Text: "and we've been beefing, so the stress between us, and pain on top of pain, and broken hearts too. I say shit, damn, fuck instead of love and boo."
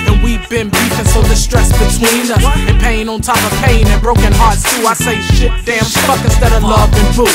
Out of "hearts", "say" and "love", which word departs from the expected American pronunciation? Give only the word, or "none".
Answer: none